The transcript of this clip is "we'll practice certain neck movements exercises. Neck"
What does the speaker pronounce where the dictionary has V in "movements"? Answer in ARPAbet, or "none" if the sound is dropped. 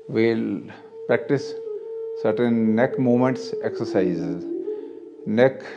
none